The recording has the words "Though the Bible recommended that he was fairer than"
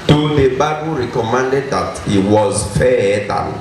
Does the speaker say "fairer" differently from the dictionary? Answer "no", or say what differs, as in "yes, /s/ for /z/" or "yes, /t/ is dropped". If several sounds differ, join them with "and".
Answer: yes, /ɹ/ is dropped